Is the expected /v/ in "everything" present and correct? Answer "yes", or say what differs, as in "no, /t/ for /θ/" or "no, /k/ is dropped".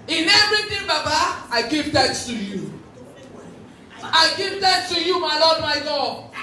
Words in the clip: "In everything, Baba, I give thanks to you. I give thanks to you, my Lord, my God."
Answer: no, /v/ is dropped